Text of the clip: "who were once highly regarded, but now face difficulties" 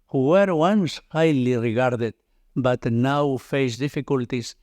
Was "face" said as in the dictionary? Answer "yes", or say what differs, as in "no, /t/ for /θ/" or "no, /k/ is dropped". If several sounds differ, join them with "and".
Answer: yes